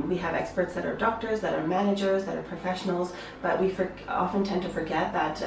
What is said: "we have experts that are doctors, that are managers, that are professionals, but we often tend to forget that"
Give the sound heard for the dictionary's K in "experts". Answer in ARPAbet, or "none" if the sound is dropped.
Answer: K